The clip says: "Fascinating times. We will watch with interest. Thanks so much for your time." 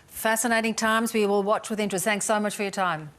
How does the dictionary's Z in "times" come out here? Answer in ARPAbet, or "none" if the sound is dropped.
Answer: Z